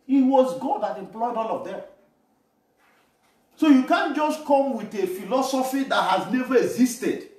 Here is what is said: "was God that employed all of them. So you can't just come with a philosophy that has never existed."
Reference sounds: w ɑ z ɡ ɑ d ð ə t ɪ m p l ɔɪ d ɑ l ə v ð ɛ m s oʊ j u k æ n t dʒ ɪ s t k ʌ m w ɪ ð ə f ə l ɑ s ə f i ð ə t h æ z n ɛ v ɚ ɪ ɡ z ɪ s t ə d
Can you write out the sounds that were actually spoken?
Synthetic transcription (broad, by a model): w ɑ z ɡ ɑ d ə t ɪ m p l ɔɪ d ɑ l ə v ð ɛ m s oʊ j u k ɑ n dʒ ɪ s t k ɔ m w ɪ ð ə f ə l ɑ s ə f i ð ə t h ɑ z n ɛ v ɚ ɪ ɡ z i s t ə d